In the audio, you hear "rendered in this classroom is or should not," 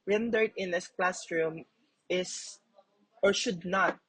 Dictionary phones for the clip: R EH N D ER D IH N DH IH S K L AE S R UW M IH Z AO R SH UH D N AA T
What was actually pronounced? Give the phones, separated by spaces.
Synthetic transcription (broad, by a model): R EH N D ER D IH N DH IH S K L AE S R UW M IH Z AO R SH UH D N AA T